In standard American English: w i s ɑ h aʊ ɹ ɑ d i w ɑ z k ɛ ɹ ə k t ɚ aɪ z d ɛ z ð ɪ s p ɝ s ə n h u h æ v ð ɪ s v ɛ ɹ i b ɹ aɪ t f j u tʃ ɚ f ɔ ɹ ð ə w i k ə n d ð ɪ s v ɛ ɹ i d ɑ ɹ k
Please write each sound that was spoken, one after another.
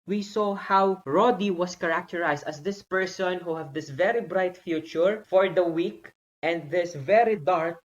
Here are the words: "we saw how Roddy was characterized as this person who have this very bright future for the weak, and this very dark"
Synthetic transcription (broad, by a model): w i s ɑ h aʊ ɹ ɑ d i w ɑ s k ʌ ɹ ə k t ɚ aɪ s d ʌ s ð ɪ s p ɝ s ə n h u h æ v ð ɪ s v ɛ ɹ i b ɹ aɪ t f j u tʃ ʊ f ɔ ɹ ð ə w i k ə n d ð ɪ s v ɛ ɹ i d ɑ ɹ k